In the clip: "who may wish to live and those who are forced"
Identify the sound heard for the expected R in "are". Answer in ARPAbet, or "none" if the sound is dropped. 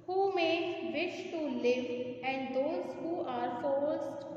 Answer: R